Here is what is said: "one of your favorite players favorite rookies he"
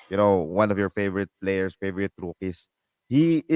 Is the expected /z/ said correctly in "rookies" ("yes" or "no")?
no